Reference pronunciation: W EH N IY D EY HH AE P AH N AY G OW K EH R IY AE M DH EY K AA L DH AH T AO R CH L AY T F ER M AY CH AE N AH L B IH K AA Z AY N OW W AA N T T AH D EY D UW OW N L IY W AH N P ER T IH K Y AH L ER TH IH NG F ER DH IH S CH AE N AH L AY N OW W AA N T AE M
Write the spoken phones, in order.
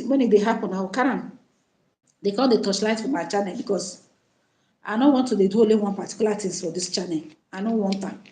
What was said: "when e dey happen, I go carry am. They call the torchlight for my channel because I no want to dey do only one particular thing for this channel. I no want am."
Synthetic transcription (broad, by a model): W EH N IY D EY HH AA P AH N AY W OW K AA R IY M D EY K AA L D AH T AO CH L AY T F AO M AY CH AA N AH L B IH K AA S AY N OW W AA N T T AH D EY D UW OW L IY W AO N P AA T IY K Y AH L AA T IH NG F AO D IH S CH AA N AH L AY N OW W AA N T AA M